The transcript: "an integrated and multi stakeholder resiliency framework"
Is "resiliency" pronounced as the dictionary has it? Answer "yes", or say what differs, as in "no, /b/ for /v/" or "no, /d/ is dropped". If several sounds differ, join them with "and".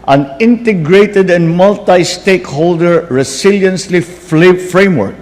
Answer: no, /s/ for /z/